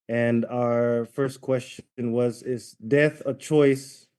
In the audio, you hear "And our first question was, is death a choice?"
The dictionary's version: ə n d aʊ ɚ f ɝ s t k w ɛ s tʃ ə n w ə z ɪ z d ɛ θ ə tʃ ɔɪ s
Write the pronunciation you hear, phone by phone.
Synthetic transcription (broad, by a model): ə n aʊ ɚ f ɝ s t k w ɛ s tʃ ə n w ə z ɪ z d ɛ θ ə tʃ ɔɪ s